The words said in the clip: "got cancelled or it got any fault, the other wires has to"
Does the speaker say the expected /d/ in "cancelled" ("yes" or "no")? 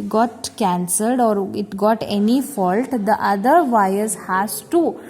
yes